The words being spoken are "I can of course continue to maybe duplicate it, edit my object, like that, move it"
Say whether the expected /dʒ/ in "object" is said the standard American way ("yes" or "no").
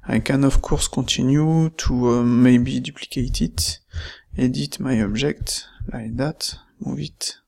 no